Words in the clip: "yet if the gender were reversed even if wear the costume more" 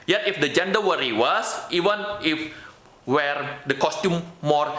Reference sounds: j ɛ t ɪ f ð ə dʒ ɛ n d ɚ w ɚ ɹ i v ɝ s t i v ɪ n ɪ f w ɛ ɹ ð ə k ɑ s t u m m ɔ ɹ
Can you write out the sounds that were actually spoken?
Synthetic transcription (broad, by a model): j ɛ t ɪ f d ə dʒ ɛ n d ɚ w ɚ ɹ i w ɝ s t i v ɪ n ɪ f w ɛ ɹ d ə k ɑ s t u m m ɔ ɹ